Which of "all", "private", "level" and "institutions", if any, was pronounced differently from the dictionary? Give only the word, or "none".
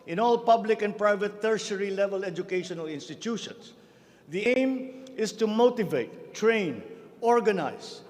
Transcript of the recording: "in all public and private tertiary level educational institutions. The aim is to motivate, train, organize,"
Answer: institutions